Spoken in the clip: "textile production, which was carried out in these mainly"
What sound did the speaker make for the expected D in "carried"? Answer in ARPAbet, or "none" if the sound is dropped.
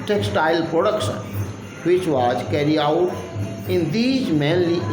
none